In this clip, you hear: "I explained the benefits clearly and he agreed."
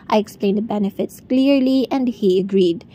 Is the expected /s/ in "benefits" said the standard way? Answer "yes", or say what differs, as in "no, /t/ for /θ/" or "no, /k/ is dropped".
yes